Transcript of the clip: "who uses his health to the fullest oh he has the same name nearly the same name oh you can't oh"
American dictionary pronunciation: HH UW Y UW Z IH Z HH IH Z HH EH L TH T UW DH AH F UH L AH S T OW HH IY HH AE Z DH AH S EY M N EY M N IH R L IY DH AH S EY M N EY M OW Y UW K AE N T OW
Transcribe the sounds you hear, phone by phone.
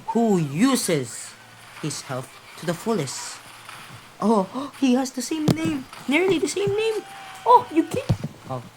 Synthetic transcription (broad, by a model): HH UW Y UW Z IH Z HH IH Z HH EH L F T UW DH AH F UH L AH S T OW HH IY HH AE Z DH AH S EY M N EY M N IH R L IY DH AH S EY M N EY M OW Y UW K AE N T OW